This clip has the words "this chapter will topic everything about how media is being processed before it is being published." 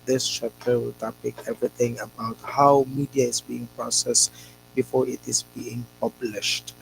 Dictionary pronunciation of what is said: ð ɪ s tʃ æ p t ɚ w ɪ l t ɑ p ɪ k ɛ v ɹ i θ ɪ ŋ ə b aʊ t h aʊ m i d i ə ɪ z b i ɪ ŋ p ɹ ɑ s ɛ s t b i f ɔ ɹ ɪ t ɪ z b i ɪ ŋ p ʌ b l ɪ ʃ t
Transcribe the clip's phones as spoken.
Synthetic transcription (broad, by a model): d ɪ s tʃ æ p t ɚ w ɪ l t ɑ p ɪ k ɛ v ɹ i t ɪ ŋ ə b aʊ t h aʊ m i d i ə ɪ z b i ɪ ŋ p ɹ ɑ s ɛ s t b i f ɔ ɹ ɪ t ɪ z b i ɪ ŋ p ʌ b l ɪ ʃ t